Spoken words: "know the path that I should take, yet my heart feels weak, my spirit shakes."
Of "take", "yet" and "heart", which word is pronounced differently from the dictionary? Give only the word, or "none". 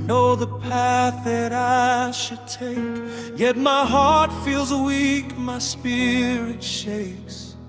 none